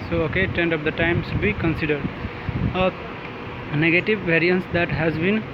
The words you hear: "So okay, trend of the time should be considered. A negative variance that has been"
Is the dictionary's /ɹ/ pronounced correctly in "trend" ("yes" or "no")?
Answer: no